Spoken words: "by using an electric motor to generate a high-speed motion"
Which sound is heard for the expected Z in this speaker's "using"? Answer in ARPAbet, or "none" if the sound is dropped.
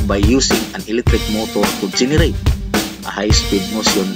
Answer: S